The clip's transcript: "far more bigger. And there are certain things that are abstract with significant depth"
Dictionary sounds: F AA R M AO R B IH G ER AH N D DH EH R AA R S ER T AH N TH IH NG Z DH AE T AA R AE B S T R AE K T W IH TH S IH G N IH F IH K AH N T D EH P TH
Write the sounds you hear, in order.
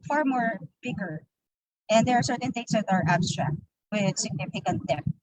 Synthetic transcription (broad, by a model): F AA R M AO R B IH G ER AH N D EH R AA R S ER T AH N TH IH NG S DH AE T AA R AE B S T R AE K T W IH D S IH G N IH F IH K AH N T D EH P